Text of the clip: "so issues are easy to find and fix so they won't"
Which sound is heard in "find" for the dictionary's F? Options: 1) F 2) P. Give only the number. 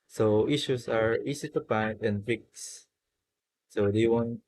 2